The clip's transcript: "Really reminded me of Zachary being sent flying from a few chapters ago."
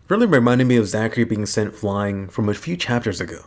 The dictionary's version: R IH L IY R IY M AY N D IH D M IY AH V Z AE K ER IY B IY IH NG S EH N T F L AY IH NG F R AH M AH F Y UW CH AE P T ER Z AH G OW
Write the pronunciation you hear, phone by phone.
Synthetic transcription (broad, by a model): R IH L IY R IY M AY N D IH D M IY AH V Z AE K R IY B IY IH NG S EH N T F L AY IH NG F R AH M AH F Y UW CH AE P T ER Z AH G OW